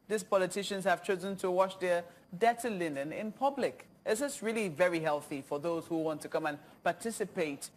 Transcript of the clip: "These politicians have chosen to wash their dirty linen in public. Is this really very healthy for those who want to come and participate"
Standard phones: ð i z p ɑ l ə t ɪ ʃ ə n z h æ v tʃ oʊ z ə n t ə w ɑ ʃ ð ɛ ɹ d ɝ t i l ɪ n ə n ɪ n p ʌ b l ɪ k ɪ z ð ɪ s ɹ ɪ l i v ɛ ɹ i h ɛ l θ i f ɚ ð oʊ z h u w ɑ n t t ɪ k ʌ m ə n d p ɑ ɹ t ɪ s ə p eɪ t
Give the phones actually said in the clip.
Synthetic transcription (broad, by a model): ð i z p ɑ l ə t ɪ ʃ ə n z h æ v tʃ oʊ z ə n t ə w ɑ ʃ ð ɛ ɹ d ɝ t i l ɪ n ə n ɪ n p ʌ b l ɪ k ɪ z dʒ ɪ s ɹ ɪ l i v ɛ ɹ i h ɛ l θ i f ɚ ð oʊ z h u w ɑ n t t ɪ k ʌ m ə n p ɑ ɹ t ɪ s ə p eɪ t